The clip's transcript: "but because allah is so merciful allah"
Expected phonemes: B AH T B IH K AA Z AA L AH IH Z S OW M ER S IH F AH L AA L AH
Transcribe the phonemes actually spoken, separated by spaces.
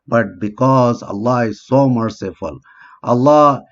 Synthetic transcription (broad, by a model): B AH T B IH K AA Z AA L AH IH Z S OW M ER S IH F AH L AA L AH